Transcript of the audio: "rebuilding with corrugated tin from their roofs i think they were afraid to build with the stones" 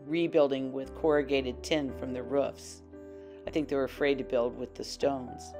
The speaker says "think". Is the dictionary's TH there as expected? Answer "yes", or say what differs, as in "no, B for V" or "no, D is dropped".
yes